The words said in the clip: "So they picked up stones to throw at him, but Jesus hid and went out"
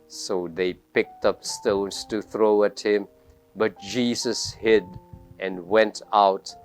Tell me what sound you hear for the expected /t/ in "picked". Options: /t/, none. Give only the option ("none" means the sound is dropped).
/t/